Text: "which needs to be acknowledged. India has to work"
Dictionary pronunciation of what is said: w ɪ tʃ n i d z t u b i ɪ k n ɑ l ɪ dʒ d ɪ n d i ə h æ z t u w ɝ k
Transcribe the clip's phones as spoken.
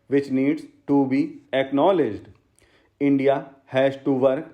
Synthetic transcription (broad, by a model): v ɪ tʃ n i d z t u b i ɪ k n ɑ l ɪ dʒ d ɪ n d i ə h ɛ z t u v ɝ k